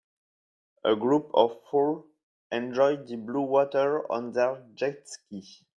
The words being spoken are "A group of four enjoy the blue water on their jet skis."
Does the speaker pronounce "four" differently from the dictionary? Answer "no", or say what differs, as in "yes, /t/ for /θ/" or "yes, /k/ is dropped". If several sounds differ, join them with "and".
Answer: yes, /l/ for /ɹ/